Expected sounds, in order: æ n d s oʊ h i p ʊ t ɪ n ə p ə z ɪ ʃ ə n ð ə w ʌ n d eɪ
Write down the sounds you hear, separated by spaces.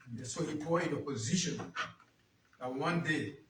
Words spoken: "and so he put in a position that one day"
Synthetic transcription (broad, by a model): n s oʊ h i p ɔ ɪ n ə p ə z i ʃ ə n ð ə w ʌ n d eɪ